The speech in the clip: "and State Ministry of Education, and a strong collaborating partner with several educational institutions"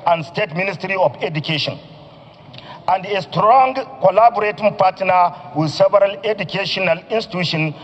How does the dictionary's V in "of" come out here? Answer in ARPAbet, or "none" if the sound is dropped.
F